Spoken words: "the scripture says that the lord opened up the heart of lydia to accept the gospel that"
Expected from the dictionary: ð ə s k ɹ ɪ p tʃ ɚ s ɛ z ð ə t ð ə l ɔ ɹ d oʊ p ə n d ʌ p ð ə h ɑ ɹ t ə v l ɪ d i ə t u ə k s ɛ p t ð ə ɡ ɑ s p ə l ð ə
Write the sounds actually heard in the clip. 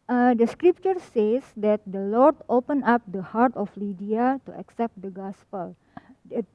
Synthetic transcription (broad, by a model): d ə s k ɹ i p tʃ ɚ s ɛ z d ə t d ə l ɔ ɹ d oʊ p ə n ɑ p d ə h ɑ ɹ t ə f l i d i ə t u ə k s ɛ p t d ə ɡ ɑ s p ə l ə